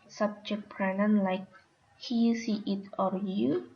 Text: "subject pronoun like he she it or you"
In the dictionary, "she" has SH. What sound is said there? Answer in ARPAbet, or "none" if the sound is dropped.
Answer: S